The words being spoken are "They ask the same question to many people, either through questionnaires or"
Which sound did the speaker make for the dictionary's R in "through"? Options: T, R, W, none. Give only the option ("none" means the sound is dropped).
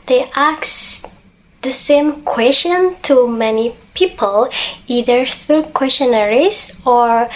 none